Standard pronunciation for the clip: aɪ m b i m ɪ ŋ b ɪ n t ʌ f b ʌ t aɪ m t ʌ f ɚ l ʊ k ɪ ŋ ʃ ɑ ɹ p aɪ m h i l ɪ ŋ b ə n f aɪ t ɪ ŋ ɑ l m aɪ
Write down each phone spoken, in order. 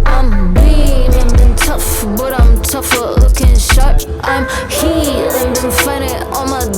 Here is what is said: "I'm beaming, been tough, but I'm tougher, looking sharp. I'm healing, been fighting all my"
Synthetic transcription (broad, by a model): aɪ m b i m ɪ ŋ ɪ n t ʌ f b ʌ t aɪ m t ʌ f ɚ l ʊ k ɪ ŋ ʃ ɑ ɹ aɪ m h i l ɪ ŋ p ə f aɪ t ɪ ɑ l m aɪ